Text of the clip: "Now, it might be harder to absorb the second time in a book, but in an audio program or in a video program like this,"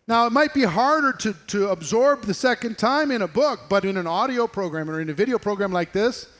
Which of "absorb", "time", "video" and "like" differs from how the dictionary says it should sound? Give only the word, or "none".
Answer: none